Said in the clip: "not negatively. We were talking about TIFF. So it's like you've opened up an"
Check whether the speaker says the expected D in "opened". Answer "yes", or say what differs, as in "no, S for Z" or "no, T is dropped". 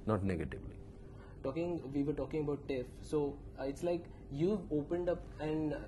yes